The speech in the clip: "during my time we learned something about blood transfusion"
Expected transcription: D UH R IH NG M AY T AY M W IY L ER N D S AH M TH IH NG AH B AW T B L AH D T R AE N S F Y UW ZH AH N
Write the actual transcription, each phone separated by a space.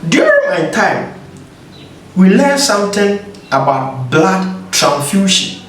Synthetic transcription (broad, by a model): D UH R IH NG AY T AY M W IY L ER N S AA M T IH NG AH B AW T B L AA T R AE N F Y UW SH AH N